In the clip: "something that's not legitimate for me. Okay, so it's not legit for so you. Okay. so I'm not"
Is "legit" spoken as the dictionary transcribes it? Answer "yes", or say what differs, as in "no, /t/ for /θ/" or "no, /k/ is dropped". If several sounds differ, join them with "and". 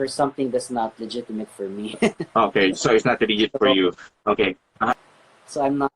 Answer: no, /dʒ/ is dropped